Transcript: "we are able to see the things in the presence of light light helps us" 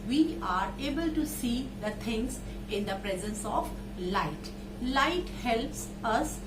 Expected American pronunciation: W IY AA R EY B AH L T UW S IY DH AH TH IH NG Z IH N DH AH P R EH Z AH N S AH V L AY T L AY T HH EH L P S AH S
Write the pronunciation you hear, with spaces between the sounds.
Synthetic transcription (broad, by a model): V IY AA R EY B AH L T UW S IY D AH T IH NG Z IH N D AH P R EH Z AH N S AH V L AY T L AY T HH EH L P S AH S